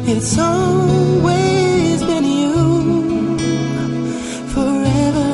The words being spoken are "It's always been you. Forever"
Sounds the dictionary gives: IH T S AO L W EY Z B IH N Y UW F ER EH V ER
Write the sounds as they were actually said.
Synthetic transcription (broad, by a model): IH T S AO L W EY Z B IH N Y UW F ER EH V ER